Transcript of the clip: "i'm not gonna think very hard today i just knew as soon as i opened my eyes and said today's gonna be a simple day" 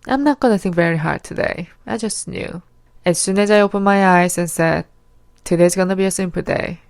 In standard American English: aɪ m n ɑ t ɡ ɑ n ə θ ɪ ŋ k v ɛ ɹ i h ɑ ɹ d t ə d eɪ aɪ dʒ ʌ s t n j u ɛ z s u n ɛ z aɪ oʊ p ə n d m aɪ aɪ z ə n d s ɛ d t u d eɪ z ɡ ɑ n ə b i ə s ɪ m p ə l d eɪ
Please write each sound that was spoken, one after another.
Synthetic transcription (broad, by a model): aɪ m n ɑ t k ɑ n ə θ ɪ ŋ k v ɛ ɹ i h ɑ ɹ d t ə d eɪ aɪ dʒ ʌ s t n j u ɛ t s u n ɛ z aɪ oʊ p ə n m aɪ aɪ s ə n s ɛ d t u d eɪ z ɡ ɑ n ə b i ə s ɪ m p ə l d eɪ